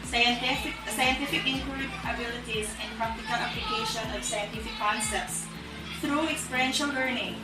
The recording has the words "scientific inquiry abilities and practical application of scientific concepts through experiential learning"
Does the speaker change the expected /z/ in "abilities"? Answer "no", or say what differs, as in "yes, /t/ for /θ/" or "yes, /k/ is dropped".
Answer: no